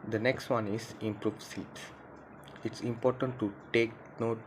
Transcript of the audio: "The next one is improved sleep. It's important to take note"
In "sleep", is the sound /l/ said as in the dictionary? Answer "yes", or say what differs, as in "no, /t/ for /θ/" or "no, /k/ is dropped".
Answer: no, /l/ is dropped